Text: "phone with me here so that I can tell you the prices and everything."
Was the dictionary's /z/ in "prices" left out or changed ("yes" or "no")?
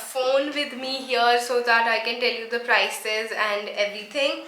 no